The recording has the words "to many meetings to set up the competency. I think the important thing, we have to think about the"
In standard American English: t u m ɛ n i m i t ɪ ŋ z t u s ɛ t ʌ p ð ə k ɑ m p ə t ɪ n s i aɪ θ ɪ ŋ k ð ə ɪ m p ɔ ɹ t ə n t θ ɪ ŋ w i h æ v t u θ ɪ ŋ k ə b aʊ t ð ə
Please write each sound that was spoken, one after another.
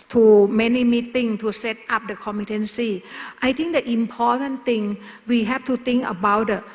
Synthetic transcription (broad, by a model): t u m ɛ n i m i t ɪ ŋ t u s ɛ t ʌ p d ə k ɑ m ə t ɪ n s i aɪ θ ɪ ŋ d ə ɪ m p ɔ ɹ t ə n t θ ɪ ŋ w i h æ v t u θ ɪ ŋ k ə b aʊ t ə